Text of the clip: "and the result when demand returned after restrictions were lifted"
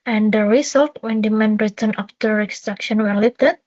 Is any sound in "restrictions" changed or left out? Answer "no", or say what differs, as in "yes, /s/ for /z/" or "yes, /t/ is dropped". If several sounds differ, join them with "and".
yes, /z/ is dropped